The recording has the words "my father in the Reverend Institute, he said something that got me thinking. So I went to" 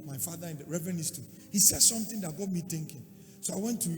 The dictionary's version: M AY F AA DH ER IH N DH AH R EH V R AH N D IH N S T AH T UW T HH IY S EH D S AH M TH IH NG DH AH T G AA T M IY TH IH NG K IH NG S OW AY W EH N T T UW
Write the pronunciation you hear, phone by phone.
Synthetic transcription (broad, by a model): M AY F AA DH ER IH N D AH R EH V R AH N IH S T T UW HH IY S EH D S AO M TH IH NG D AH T G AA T M IY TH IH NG K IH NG S OW AY W EH N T T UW